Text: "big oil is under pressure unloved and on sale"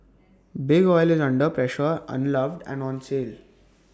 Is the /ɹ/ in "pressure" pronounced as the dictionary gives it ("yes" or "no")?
yes